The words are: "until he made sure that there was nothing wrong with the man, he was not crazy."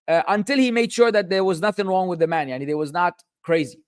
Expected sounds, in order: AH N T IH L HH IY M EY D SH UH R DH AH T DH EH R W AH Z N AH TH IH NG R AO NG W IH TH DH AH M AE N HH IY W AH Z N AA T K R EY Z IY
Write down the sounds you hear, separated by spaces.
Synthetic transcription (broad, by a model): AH N T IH L HH IY M EY D SH UH R DH AH T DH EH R W AH Z N AH TH IH NG R AO NG W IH DH AH M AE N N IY W AH Z N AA T K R EY Z IY